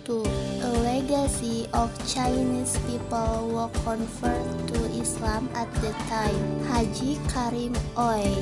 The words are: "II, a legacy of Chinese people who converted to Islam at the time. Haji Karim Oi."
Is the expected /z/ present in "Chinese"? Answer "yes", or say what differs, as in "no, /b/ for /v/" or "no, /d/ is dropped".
no, /s/ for /z/